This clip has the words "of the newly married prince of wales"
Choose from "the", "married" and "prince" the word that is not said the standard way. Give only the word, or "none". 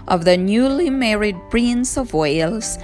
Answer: prince